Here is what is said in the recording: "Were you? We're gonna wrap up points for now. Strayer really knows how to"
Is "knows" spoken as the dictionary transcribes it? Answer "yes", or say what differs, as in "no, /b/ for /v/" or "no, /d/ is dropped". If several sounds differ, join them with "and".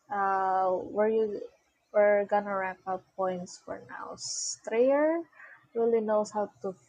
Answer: no, /s/ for /z/